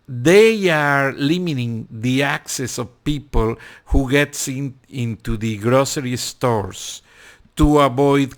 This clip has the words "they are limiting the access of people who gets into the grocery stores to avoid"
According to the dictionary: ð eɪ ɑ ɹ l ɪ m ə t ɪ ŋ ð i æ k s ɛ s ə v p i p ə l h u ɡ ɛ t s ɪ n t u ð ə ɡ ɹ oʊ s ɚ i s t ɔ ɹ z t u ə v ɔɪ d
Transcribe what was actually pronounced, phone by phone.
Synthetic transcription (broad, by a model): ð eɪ ɑ ɹ l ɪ m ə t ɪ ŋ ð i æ k s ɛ s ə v p i p ə l h u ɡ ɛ t s ɪ n t u ð ə ɡ ɹ oʊ s ɚ i s t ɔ ɹ s t u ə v ɔɪ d